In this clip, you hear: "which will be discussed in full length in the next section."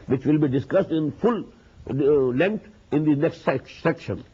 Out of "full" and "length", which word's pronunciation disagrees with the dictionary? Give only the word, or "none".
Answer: length